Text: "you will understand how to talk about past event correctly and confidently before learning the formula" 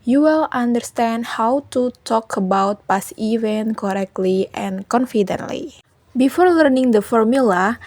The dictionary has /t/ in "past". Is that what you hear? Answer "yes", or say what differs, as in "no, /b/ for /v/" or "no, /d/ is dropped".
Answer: no, /t/ is dropped